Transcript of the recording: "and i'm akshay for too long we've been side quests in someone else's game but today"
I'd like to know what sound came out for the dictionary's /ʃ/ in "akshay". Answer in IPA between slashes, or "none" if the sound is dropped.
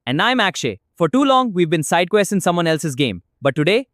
/ʃ/